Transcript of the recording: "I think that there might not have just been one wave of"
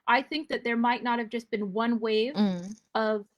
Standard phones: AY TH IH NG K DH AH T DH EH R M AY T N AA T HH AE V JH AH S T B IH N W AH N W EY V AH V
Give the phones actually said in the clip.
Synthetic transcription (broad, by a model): AY TH IH NG K DH AH T DH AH R M AY T N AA T HH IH V JH AH S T B IH N W AH N W EY V AH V